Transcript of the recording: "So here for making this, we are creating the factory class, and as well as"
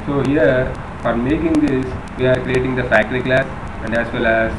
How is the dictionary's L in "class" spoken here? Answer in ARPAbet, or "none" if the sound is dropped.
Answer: L